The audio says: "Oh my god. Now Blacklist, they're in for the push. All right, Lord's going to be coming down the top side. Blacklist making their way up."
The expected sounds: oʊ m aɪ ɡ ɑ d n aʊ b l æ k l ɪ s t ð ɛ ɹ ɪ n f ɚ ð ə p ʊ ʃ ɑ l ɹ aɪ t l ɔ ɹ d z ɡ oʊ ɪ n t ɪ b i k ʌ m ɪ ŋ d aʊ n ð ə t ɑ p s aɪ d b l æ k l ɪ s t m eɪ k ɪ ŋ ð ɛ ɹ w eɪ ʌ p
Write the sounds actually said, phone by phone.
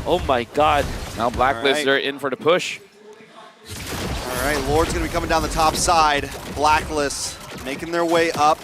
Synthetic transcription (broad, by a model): oʊ m aɪ ɡ ɑ d n aʊ b l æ k l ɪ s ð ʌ ɹ ɪ n f ɚ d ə p ʊ ʃ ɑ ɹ ɹ aɪ t l ɔ ɹ d z ɡ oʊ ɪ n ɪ b i k ʌ m ɪ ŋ d aʊ n ð ə t ɑ p s aɪ d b l æ k l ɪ s m eɪ k ɪ ŋ ð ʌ ɹ w eɪ ʌ p